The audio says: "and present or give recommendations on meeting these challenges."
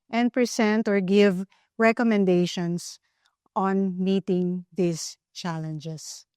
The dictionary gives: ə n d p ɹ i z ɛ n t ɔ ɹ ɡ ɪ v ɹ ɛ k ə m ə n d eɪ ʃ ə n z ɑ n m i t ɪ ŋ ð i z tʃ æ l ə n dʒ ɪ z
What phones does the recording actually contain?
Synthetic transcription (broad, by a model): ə n d p ɹ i s ɛ n t ɔ ɹ ɡ ɪ v ɹ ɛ k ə m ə n d eɪ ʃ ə n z ɑ n m i t ɪ ŋ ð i s tʃ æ l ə n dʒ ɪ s